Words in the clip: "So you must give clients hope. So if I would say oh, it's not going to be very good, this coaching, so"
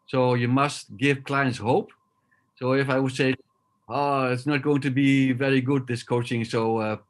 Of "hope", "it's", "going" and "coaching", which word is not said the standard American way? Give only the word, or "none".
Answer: none